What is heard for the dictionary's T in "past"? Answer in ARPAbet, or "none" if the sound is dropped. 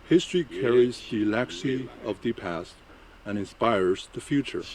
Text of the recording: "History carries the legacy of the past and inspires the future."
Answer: T